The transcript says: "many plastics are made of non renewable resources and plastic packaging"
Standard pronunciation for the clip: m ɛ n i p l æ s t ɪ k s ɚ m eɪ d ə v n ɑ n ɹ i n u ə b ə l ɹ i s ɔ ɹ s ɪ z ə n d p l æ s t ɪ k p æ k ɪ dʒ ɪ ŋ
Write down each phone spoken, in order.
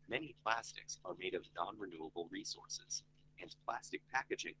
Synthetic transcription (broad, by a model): m ɛ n i p l æ s t ɪ k s ɚ m eɪ d ə v n ɑ n ɹ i n u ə b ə l ɹ i s ɔ ɹ s ɪ z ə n p l æ s t ɪ k p æ k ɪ dʒ ɪ ŋ